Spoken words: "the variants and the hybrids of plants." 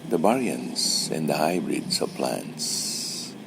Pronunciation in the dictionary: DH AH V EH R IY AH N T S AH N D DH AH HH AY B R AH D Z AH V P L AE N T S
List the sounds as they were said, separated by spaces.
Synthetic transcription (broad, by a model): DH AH B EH R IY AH N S AH N D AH HH AY B R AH D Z AH V P L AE N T S